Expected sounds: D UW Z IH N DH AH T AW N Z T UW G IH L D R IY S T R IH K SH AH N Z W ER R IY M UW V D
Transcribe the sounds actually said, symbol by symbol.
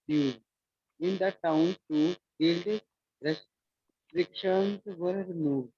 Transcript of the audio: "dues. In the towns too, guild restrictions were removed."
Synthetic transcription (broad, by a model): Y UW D IH N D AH T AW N T UW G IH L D R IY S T R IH K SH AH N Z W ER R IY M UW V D